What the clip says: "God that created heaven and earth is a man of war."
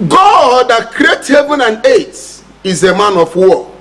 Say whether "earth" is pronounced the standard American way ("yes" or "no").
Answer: no